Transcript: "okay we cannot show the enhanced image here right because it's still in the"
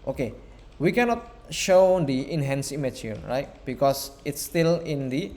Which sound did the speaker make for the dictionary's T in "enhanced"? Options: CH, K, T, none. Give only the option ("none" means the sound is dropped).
none